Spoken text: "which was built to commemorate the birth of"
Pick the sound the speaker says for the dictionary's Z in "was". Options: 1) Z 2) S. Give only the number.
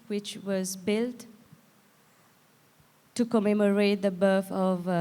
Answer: 1